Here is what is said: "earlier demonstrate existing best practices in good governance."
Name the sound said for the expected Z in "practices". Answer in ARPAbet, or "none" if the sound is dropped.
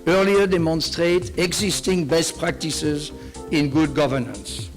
Z